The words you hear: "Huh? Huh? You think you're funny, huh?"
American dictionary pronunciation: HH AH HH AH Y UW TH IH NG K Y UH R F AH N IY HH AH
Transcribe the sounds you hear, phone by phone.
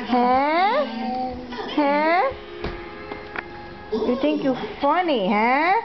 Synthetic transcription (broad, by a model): HH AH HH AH Y UW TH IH NG K Y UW F AH N IY HH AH